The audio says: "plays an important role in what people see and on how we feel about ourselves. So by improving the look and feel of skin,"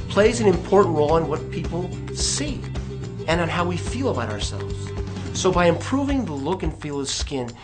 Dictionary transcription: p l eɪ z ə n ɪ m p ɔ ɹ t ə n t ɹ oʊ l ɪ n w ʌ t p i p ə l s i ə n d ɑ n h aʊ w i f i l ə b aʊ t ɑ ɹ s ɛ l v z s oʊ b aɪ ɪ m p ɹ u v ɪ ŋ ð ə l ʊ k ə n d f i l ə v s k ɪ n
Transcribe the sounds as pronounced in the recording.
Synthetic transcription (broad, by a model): p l eɪ z ə n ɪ m p ɔ ɹ t n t ɹ oʊ l ɪ n w ʌ t p i p l s i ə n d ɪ n h aʊ w i f i l ə b aʊ t ɑ ɹ s ɛ l v z s oʊ b aɪ ɪ m p ɹ u v ɪ ŋ ð ə l ʊ k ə n f i l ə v s k ɪ n